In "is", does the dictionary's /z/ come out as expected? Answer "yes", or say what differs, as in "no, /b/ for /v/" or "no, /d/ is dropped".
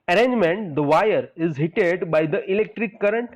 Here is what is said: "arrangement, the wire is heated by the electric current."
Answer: yes